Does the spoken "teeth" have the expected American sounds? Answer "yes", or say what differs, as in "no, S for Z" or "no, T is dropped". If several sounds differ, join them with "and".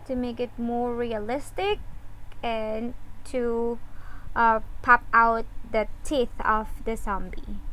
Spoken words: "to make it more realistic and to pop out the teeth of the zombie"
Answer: yes